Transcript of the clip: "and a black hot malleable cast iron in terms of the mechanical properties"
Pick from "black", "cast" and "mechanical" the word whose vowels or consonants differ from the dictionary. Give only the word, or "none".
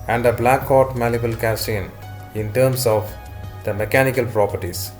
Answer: cast